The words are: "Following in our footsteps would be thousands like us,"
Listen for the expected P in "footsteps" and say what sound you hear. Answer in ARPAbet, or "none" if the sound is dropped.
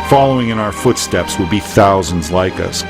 P